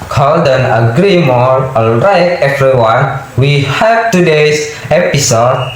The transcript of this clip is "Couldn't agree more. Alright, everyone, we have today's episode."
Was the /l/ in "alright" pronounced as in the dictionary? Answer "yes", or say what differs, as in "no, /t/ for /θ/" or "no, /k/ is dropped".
yes